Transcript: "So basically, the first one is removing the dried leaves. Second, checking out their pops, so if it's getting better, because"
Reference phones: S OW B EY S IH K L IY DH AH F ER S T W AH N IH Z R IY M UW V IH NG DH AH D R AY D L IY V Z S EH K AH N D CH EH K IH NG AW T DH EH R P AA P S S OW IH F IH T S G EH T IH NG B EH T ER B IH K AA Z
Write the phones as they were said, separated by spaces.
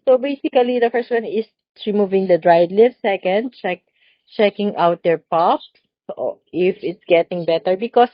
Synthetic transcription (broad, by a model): S OW B EY S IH K L IY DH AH F ER S T W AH N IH S R IY M UW V IH NG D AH D R AY D L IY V S EH K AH N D CH EH K IH NG AW T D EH R P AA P S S IH F IH T S G EH T IH NG B EH T ER B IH K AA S